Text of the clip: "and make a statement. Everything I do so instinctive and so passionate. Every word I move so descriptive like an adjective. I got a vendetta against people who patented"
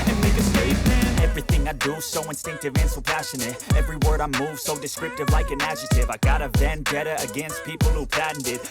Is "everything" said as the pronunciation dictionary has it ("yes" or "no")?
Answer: yes